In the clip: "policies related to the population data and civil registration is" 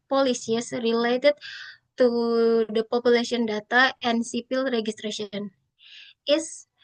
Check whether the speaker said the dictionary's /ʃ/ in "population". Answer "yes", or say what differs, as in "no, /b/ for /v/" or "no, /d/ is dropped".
no, /s/ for /ʃ/